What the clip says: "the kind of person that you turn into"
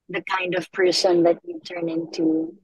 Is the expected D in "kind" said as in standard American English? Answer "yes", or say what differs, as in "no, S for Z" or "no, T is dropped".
yes